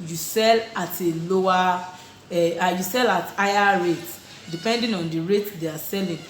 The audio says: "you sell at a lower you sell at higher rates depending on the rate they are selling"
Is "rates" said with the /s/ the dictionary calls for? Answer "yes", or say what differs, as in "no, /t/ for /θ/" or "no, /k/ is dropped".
no, /s/ is dropped